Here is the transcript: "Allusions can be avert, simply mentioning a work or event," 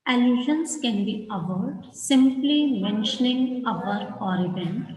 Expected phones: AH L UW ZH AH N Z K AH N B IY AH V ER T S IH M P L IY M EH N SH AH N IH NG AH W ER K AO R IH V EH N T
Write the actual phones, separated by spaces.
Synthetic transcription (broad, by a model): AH L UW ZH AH N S K AH N B IY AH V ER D S IH M P L IY M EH N SH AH N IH NG AH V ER AO R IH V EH N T